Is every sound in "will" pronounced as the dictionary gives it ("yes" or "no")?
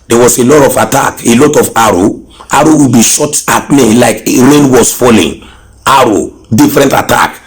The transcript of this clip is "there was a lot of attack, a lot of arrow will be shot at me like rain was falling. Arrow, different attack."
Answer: no